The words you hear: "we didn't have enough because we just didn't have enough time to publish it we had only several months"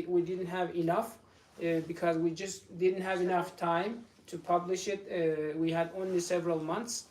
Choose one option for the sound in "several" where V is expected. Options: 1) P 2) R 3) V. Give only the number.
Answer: 3